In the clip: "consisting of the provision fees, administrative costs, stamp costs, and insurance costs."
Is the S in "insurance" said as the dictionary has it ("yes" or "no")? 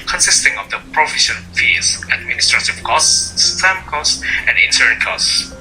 no